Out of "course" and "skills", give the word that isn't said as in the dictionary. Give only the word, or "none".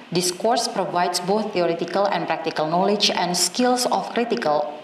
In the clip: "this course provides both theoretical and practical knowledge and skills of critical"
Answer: skills